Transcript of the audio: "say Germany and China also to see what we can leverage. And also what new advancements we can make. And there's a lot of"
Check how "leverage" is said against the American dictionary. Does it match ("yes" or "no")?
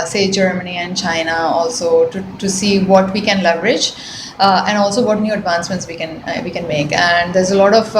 yes